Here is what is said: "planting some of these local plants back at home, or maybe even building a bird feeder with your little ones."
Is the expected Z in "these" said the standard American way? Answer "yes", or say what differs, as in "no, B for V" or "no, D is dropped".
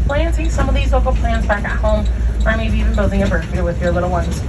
yes